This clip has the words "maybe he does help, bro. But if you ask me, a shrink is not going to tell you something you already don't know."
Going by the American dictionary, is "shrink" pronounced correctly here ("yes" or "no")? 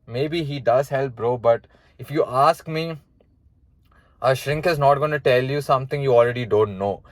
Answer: yes